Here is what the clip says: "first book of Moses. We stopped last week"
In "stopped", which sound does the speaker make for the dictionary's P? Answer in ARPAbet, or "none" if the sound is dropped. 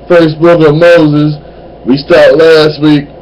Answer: none